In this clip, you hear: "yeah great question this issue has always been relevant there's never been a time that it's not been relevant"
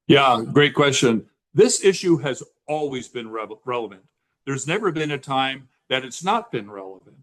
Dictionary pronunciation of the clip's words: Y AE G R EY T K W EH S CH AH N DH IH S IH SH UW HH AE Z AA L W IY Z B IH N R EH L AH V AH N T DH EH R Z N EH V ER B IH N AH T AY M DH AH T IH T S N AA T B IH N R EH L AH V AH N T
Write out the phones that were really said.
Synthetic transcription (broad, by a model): Y AE G R EY T K W EH S CH AH N DH IH S IH SH UW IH Z AA L W IY Z B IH N R EH L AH V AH N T DH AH R Z N EH V ER B IH N AH T AY M DH AH T IH T S N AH T B IH N R EH L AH V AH N T